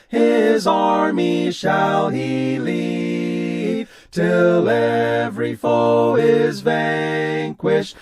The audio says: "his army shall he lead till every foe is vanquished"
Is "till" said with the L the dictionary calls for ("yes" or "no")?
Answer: yes